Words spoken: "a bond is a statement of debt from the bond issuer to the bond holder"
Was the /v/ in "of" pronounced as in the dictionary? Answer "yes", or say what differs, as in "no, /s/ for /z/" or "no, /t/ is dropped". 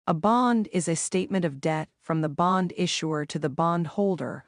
yes